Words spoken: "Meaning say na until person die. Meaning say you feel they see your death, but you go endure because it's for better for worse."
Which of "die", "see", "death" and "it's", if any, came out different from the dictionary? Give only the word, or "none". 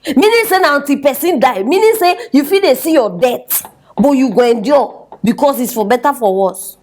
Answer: death